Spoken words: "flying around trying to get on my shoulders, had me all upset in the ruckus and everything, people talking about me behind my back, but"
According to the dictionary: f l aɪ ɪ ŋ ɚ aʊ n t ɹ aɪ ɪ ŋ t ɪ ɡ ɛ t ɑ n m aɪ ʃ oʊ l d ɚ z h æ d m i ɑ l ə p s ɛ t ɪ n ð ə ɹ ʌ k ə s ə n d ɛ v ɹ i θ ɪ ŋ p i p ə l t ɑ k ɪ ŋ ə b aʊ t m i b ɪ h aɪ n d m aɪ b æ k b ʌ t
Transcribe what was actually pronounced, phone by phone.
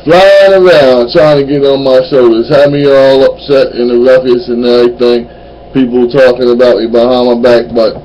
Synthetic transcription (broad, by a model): f l aɪ ɪ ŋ ɚ aʊ n t ɹ aɪ ɪ ŋ t ɪ ɡ ɛ t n m aɪ ʃ oʊ l d ɚ z h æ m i ɑ l ə p s ɛ t ɪ n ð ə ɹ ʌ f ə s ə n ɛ ɹ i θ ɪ ŋ p i p l t ɑ k ɪ ŋ ə b aʊ t m i b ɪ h aɪ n m aɪ b æ k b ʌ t